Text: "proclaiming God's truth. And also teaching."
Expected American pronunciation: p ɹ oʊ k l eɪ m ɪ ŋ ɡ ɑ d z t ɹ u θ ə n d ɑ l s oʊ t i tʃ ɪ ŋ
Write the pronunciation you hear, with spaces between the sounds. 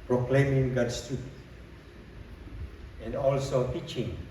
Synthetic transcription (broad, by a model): p ɹ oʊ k l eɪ m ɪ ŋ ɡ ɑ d s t u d ə n d ɑ l s oʊ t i tʃ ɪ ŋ